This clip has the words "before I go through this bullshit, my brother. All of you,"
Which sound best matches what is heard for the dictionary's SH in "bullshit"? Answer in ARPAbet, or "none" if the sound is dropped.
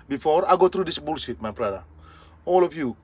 S